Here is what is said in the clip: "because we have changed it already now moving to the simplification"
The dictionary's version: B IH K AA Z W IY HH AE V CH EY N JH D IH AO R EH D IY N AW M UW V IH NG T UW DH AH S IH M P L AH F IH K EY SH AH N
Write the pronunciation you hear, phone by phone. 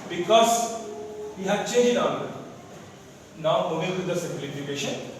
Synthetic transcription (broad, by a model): B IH K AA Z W IY HH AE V CH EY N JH IH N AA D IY N AW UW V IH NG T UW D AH S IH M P L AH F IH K EY SH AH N